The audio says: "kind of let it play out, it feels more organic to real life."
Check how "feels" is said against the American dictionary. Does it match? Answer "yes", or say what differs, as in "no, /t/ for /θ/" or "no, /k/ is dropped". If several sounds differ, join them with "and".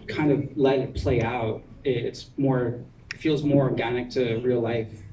yes